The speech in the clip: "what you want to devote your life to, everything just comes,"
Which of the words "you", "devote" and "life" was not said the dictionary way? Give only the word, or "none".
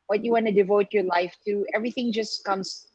none